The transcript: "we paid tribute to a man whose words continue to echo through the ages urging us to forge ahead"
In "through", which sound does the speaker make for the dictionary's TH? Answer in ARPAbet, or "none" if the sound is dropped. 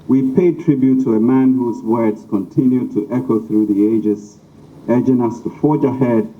TH